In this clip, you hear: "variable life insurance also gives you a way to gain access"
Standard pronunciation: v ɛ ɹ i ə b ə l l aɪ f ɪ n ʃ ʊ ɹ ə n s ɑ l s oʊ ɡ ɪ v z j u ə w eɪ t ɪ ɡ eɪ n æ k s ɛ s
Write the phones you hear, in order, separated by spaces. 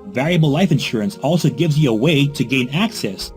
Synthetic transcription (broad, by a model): v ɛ ɹ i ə b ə l l aɪ f ɪ n ʃ ʊ ɹ ə n s ɑ l s oʊ ɡ ɪ v z j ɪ ə w eɪ t ɪ ɡ eɪ n æ k s ɛ s